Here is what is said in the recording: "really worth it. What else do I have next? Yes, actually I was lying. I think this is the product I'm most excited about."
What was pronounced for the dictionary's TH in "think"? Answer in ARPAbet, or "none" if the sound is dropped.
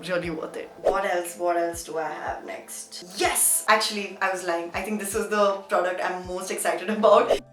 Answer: T